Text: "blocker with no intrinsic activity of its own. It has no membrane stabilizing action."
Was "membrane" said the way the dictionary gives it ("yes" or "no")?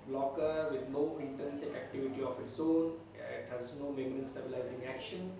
no